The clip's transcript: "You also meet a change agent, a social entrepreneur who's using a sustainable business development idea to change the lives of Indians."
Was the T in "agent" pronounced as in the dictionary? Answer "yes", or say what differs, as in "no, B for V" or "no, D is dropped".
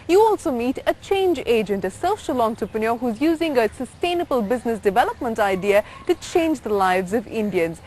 yes